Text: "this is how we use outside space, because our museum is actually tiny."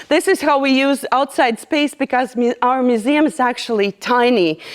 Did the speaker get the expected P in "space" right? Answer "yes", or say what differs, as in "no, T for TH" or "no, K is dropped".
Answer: yes